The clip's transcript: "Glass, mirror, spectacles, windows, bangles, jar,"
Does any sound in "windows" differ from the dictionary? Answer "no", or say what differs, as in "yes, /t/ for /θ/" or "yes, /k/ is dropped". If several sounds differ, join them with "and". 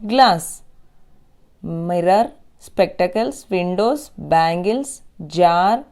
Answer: yes, /s/ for /z/